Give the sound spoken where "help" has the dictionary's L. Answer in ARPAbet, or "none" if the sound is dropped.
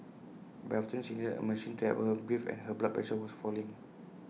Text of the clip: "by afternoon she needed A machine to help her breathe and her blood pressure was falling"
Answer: none